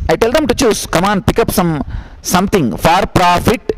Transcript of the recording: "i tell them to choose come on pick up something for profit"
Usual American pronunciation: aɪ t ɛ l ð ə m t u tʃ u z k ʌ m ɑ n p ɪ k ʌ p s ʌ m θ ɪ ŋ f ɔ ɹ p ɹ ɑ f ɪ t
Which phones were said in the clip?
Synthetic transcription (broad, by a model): aɪ t ɛ l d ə m t u tʃ u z k ʌ m ɑ n p ɪ k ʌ p s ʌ m t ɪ ŋ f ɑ ɹ p ɹ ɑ f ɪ t